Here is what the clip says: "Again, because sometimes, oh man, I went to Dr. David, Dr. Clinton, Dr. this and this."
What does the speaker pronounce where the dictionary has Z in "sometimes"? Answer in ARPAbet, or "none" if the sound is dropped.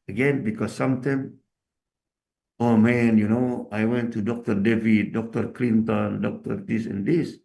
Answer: none